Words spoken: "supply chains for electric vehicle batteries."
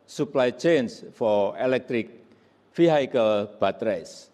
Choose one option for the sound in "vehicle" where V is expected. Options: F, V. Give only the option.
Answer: F